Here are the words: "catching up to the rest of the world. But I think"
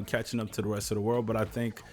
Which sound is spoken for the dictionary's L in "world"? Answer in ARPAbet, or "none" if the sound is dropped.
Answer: L